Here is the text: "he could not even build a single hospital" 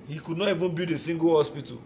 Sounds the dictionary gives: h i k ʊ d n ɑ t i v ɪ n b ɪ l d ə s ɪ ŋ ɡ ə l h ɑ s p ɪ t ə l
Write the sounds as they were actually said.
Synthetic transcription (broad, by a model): h i k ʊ d n ɑ t i v ɪ n b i d ə s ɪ ŋ ɡ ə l h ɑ s p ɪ t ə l